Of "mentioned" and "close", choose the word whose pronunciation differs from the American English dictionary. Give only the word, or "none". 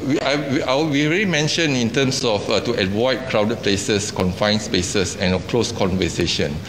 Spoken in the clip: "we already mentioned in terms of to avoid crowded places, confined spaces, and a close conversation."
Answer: mentioned